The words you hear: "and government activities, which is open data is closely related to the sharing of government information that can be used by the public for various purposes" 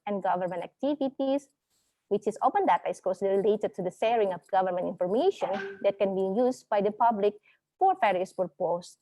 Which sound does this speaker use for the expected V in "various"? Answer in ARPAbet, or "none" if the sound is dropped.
F